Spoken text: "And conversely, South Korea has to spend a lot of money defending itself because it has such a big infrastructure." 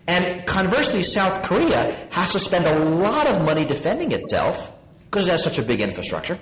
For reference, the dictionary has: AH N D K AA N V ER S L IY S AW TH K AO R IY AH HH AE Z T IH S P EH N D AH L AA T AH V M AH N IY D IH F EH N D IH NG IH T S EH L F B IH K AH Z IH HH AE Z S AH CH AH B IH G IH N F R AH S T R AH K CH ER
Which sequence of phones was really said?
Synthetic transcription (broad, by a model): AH N K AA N V ER S L IY S AW TH K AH R IY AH HH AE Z T IH S P EH N D AH L AA T AH V M AH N IY D IH F EH N D IH NG IH T S EH L F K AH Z IH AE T S AH CH AH B IH G IH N F R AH S T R AH K CH ER